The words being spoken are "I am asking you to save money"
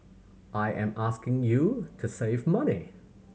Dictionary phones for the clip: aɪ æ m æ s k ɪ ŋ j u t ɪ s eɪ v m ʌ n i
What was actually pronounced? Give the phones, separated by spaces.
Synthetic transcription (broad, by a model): aɪ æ m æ s k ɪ ŋ j u t ɪ s eɪ v m ʌ n i